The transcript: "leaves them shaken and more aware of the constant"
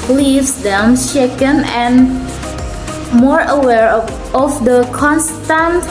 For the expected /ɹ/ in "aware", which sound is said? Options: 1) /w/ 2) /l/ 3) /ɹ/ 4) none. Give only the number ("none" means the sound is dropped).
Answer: 3